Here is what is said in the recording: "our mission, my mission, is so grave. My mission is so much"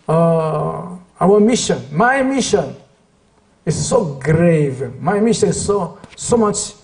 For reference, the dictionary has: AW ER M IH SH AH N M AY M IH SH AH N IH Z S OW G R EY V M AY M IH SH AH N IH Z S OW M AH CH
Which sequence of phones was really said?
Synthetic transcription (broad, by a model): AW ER M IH SH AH N M AY M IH SH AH N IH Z S OW G R EY V M AY M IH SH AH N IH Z S OW M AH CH